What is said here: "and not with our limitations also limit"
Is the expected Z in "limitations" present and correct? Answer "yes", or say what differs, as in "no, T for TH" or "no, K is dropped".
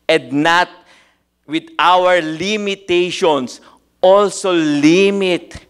no, S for Z